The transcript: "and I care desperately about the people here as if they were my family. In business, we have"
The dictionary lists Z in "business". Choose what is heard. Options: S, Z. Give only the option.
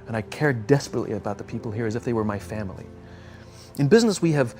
Z